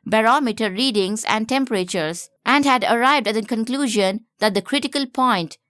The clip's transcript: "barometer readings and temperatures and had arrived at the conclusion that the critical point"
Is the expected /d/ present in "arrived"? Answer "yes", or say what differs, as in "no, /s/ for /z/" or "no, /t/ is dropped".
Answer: yes